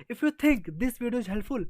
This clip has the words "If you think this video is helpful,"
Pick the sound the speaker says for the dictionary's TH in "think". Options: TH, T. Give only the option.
T